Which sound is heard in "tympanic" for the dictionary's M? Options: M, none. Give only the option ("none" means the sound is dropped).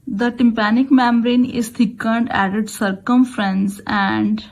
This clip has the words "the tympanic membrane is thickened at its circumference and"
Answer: M